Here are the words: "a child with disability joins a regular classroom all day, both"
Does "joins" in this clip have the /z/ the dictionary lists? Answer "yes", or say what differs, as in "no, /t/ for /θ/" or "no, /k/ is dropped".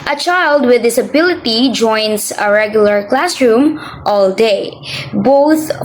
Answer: no, /s/ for /z/